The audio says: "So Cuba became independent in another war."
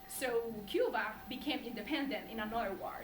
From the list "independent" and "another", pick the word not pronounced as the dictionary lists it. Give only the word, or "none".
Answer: another